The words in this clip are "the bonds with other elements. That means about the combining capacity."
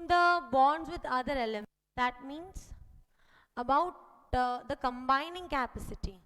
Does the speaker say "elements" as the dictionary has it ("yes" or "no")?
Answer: no